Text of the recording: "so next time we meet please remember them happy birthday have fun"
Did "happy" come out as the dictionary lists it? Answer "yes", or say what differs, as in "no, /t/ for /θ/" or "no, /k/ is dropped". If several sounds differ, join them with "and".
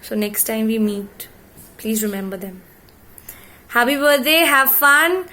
no, /p/ is dropped